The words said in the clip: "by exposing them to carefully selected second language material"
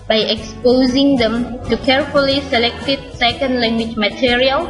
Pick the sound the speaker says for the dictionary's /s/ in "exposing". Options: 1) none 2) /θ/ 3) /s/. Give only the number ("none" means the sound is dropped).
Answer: 3